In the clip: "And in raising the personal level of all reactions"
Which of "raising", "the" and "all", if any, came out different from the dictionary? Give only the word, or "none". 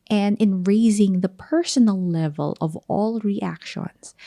none